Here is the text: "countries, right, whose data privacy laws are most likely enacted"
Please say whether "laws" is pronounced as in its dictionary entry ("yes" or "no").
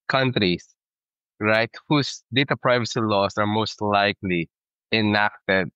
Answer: no